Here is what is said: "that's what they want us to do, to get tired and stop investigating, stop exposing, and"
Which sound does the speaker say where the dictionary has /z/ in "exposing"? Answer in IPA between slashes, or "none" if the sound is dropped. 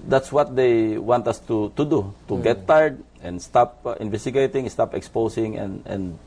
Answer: /s/